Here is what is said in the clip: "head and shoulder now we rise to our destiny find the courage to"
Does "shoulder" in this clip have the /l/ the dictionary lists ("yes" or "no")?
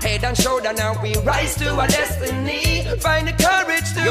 no